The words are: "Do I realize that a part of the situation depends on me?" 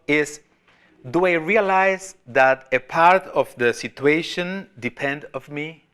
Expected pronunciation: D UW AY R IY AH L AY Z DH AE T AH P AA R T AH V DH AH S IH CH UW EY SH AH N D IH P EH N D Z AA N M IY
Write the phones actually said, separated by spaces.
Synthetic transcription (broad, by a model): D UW AY R IY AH L AY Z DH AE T AH P AA R T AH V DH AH S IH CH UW EY SH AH N D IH P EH N D AA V M IY